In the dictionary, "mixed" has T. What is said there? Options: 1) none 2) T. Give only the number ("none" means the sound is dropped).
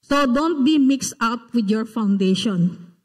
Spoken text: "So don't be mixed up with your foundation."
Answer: 2